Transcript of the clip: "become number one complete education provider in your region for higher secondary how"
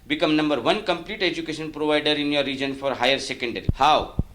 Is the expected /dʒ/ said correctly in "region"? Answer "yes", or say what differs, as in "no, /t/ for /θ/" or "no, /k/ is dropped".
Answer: yes